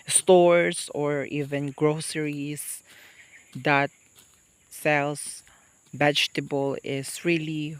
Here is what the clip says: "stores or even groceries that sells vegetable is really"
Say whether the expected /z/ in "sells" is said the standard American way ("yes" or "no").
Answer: no